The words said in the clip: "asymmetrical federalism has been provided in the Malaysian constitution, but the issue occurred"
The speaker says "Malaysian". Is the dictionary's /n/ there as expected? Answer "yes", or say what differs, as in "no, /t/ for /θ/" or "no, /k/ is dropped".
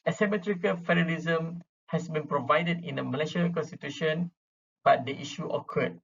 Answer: no, /l/ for /n/